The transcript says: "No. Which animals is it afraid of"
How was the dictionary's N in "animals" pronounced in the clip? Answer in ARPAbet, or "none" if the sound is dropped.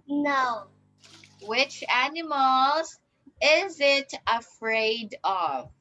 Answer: N